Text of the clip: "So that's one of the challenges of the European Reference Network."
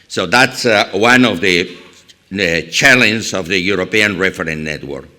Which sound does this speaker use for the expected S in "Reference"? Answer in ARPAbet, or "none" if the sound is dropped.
none